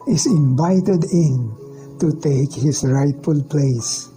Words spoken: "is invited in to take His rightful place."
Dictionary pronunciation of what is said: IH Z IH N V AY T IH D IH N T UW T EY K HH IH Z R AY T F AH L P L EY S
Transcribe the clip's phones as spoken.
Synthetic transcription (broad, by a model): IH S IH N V AY T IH D IH N T UW T EY K HH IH S R AY T F AH L P L EY S